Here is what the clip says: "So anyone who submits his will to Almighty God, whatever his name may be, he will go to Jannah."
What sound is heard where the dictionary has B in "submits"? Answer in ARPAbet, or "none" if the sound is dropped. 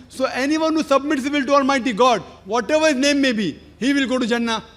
B